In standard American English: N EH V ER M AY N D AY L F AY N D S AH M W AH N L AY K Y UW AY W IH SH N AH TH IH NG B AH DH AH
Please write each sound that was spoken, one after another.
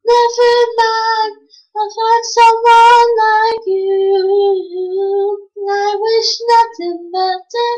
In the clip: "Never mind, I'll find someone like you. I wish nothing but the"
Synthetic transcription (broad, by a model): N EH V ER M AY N AY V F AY D S AH M W AH N L AY K Y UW AY W IH SH N AH TH IH NG B AH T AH